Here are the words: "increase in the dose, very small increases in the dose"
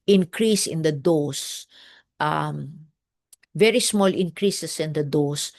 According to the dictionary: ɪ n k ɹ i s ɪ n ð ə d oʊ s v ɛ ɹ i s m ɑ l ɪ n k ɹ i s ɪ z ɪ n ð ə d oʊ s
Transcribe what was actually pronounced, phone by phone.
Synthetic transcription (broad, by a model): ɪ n k ɹ i s ɪ n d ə d oʊ s v ɛ ɹ i s m ɑ l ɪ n k ɹ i s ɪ s ɪ n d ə d oʊ s